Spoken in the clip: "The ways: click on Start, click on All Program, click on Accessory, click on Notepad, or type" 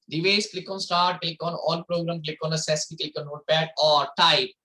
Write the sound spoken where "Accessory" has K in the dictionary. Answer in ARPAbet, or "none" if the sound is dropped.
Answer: none